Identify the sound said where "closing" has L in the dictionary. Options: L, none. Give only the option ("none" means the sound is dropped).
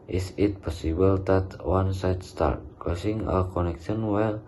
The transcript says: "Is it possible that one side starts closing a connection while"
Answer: none